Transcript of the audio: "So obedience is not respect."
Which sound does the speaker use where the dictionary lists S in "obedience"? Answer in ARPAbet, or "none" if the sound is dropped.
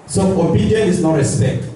none